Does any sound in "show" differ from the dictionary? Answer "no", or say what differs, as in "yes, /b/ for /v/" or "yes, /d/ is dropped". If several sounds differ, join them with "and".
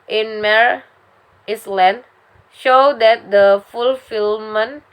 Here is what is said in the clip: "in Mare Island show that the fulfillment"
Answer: no